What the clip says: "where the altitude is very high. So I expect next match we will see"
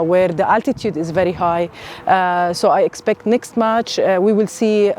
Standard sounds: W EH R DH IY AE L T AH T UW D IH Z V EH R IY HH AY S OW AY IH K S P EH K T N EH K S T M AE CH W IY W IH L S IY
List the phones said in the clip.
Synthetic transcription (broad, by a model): W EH R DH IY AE L T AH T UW D IH Z V EH R IY HH AY S OW AY IH K S P EH K T N EH K S T M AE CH W IY W IH L S IY